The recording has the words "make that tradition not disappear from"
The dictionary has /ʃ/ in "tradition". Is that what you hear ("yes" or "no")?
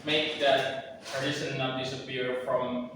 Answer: no